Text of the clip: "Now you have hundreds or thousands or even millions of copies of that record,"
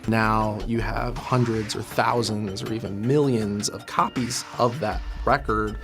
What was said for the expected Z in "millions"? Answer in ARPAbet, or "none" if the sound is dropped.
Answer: Z